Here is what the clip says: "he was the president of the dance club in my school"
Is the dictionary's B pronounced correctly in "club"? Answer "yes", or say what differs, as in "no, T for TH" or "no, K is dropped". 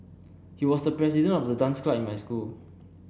no, B is dropped